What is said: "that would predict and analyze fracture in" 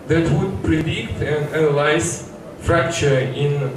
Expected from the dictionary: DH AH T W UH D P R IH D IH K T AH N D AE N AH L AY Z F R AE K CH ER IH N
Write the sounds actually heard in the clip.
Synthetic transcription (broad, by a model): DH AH T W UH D P R IH D IH K T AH N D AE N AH L AY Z F R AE K CH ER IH N